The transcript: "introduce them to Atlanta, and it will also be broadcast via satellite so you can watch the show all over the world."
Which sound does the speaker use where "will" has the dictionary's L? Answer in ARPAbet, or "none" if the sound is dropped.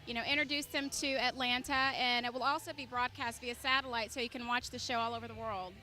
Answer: L